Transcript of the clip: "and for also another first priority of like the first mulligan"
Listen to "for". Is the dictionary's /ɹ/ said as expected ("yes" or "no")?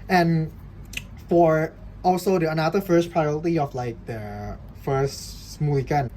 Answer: yes